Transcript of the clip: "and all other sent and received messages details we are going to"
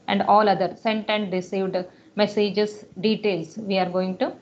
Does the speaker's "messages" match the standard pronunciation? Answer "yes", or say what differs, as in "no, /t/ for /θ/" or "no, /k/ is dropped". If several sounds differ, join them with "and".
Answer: no, /s/ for /z/